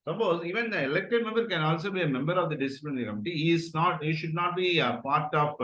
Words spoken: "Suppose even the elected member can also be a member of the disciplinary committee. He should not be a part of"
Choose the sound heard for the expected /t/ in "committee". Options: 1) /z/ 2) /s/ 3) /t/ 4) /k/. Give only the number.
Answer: 2